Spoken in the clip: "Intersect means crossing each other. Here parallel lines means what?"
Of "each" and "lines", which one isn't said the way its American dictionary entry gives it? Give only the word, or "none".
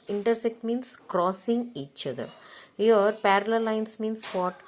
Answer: lines